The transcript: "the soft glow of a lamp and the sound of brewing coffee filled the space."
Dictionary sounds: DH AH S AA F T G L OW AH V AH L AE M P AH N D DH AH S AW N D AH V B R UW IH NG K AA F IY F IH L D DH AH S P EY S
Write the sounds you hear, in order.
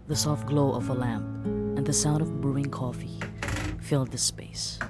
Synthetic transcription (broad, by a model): DH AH S AA F T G L OW AH V AH L AE M P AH N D DH AH S AW N D AH V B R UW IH NG K AA F IY F IH L D DH AH S P EY S